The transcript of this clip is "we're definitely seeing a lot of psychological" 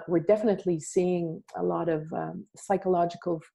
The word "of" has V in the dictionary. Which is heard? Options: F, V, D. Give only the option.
V